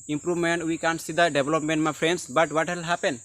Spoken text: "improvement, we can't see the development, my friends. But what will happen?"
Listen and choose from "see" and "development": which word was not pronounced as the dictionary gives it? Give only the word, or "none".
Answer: development